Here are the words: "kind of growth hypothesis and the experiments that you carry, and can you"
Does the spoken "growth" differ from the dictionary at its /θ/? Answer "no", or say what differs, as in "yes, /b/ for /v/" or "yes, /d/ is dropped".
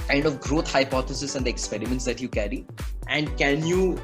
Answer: yes, /t/ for /θ/